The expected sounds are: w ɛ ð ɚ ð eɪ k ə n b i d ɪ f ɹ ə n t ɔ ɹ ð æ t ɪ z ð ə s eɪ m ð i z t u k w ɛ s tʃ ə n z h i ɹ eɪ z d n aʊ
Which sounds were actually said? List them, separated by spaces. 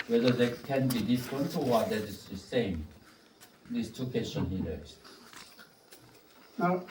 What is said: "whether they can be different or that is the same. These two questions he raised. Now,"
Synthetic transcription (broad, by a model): w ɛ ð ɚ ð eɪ k ə n b i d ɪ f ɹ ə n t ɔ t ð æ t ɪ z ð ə s eɪ m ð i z t u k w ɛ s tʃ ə n h i l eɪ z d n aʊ